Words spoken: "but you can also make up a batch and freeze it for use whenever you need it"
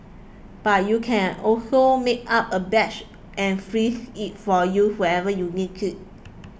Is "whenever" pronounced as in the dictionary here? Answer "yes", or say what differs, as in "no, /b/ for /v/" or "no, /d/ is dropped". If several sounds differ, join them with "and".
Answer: no, /n/ is dropped